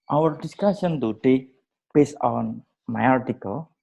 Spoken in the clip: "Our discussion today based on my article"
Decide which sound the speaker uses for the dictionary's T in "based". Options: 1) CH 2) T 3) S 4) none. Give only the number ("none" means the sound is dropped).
4